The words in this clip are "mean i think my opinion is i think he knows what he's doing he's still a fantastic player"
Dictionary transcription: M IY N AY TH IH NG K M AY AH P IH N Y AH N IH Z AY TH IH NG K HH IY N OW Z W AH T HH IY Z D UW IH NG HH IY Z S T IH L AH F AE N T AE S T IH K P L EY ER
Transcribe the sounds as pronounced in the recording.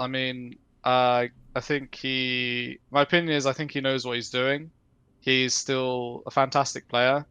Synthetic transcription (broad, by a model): M IY N AY TH IH NG K M AY AH P IH N Y AH N IH Z AY TH IH NG K HH IY N OW Z W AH T HH IY Z D UW IH NG HH IY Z S T IH L AH F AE N T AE S T IH K P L EY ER